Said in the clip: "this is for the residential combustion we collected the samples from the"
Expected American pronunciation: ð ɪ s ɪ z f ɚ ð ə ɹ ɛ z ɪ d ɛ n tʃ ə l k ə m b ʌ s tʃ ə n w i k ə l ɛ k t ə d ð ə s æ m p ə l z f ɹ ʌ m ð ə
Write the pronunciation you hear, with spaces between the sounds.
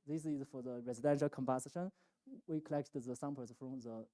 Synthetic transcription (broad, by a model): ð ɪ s ɪ z f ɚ ð ə ɹ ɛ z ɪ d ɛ n ʃ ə l k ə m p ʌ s ʃ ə n w i k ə l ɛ k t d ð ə s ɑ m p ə z f ɹ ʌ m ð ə